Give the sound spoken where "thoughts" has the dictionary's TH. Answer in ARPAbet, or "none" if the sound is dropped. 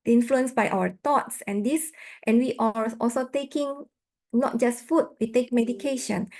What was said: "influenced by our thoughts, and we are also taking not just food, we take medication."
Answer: T